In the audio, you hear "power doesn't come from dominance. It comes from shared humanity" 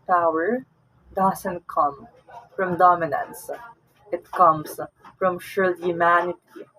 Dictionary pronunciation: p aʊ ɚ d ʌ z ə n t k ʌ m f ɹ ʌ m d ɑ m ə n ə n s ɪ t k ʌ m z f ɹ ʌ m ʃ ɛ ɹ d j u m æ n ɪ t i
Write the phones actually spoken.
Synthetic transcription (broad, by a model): p aʊ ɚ d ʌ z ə n t k ʌ m f ɹ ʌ m d ɑ m ə n ə n s ɪ t k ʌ m s f ɹ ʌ m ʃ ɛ l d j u m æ n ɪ t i